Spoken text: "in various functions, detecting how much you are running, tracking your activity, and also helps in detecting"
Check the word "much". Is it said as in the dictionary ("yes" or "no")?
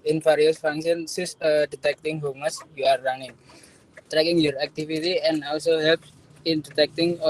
no